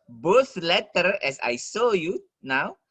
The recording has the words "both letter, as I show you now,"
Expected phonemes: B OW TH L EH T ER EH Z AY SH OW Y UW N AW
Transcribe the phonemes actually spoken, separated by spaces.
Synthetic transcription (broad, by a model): B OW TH L EH T ER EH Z AY S OW Y UW N AW